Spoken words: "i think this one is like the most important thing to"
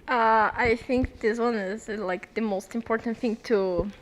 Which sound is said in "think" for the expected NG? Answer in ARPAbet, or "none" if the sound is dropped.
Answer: NG